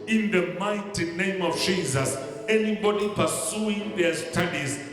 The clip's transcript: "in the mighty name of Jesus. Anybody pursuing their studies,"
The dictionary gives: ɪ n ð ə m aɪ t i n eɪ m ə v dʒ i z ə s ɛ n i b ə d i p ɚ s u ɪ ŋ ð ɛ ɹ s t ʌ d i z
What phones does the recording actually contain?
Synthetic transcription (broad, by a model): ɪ n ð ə m aɪ t i n eɪ m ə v dʒ i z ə s ɛ n i b ə d i p ɚ s u ɪ ŋ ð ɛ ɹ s t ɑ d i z